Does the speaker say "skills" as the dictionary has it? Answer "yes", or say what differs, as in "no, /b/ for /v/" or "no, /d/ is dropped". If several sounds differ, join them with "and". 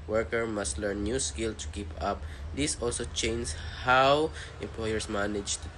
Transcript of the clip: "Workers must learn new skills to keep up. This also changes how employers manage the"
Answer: no, /z/ is dropped